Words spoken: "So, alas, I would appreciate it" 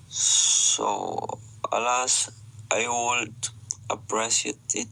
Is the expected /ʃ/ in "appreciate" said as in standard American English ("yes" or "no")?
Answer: no